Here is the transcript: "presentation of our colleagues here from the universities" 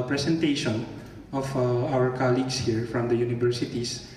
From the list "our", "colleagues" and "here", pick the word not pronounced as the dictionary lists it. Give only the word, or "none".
colleagues